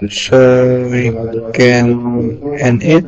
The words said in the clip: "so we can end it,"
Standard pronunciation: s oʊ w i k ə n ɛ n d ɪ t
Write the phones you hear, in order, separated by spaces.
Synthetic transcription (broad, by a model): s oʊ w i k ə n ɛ n ɪ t